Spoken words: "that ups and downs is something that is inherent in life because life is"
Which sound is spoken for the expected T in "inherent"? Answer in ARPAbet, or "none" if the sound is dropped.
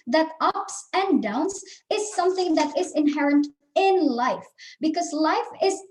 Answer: T